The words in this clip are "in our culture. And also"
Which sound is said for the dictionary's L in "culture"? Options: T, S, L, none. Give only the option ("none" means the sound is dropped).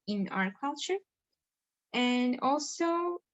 L